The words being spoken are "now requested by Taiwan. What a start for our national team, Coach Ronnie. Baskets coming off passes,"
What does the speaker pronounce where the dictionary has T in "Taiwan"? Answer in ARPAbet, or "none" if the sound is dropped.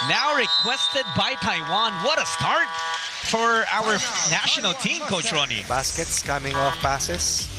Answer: T